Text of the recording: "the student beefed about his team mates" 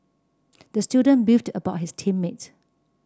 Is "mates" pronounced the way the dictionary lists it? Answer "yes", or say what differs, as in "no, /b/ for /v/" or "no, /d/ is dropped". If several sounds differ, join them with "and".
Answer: no, /s/ is dropped